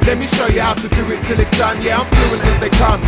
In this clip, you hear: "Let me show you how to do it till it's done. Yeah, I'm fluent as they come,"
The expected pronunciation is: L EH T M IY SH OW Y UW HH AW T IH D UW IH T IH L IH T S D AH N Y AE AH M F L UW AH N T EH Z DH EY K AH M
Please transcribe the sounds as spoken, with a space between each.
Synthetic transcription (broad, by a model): L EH T M IY SH OW Y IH HH AW T IH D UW IH T IH L IH T S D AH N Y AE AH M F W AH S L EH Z DH EY K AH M